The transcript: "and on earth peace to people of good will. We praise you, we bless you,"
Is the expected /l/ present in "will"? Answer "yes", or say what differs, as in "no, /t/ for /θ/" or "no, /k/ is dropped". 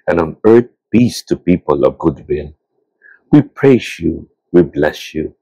no, /n/ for /l/